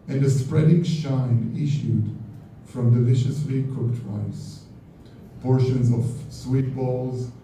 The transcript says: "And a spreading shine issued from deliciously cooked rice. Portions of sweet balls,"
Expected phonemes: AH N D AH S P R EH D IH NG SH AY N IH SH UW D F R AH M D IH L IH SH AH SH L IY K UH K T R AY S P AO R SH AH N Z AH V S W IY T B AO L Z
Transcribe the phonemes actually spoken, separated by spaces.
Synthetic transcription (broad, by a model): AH N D AH S P R EH D IH NG SH AY N IH SH UW D F R AH M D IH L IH SH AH S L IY K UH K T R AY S P AO R SH AH N Z AH V S W IY T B AO L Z